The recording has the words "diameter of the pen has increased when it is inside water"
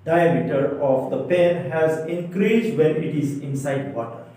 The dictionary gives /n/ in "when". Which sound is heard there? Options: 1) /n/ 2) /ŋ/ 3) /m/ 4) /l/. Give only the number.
1